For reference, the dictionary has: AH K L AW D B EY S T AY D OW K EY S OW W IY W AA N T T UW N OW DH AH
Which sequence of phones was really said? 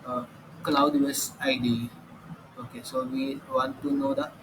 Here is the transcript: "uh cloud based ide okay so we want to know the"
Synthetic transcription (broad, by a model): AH K L AW D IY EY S AY D OW K EY S OW W IY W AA N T T UW N OW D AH